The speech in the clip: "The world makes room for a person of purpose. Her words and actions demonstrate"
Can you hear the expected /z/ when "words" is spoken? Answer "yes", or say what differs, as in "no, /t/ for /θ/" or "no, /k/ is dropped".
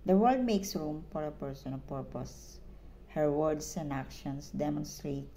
no, /s/ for /z/